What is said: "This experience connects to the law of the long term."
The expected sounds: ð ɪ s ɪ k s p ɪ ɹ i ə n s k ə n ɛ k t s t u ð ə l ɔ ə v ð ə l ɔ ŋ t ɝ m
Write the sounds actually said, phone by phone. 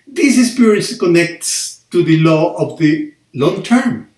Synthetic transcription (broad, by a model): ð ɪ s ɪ s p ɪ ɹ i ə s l k ə n ɛ k t s t u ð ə l ɔ ə v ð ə l ɔ ŋ t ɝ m